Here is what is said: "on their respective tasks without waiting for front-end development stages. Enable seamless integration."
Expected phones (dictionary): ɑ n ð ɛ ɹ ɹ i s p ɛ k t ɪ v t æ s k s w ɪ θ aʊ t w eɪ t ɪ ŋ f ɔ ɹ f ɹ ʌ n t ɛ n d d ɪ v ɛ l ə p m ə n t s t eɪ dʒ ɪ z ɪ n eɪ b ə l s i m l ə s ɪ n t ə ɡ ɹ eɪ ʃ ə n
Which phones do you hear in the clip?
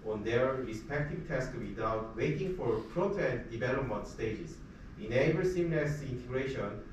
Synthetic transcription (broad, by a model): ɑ n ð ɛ ɹ ɹ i s p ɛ k t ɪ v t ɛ s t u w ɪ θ aʊ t w eɪ t ɪ ŋ f ɔ ɹ p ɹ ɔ t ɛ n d d ɪ v ɛ l ə p m ə n t s t eɪ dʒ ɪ s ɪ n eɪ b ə s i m n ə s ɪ n t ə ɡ ɹ eɪ ʃ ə n